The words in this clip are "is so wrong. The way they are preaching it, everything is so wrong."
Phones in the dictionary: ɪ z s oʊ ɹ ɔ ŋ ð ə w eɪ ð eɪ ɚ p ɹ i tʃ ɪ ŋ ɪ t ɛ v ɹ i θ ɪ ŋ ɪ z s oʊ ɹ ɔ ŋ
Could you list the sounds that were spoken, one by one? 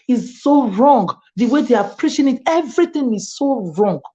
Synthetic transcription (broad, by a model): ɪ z s oʊ ɹ ɔ ŋ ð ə w eɪ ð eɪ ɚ p ɹ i ʃ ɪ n ɪ t ɛ v ɹ i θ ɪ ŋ ɪ z s oʊ ɹ ɔ ŋ